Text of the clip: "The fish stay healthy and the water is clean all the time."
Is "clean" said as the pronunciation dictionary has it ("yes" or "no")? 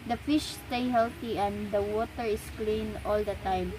yes